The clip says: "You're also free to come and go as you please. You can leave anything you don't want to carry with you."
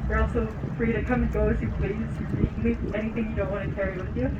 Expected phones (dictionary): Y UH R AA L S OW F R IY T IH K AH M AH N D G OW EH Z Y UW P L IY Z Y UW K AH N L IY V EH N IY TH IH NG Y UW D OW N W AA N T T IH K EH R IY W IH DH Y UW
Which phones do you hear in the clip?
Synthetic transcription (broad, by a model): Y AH R AA L S OW F R IY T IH K AH M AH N G OW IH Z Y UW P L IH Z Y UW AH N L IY EH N IY TH IH NG Y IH D OW N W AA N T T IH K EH R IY W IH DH Y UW